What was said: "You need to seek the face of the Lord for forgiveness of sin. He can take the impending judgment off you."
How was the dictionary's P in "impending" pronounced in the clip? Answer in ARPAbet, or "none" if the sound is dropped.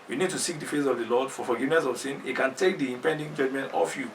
P